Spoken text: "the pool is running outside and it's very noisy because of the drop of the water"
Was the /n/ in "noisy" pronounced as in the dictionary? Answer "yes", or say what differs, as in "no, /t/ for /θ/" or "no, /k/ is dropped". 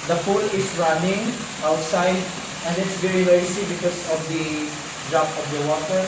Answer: no, /l/ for /n/